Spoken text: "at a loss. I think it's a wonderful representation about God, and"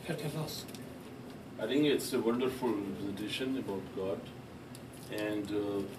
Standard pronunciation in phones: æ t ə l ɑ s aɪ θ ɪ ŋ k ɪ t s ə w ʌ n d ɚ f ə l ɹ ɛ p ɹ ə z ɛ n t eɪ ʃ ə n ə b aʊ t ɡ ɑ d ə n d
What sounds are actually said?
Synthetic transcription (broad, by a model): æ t ə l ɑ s aɪ t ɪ ŋ k ɪ t s ə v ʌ n d ɚ f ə l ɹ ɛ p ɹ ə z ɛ t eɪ ʃ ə n ə b aʊ t ɡ ɑ d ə n d